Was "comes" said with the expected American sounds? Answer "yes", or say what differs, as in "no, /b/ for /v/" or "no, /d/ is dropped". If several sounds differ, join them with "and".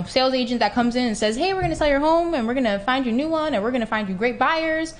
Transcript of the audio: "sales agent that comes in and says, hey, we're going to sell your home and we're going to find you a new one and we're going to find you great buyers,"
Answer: yes